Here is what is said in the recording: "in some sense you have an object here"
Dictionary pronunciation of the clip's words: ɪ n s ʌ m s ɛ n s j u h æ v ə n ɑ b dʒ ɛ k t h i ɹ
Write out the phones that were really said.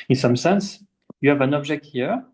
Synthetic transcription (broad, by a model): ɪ n s ʌ m s ɛ n s j u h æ v ə n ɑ b ʒ ɛ k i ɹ